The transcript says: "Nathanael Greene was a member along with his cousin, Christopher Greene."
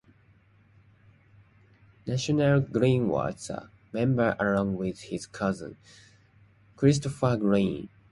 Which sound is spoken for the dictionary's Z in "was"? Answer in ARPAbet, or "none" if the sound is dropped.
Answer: S